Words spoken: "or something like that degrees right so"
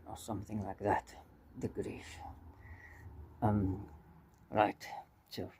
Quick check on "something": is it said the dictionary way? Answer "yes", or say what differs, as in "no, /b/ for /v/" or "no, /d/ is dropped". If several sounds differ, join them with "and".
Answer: yes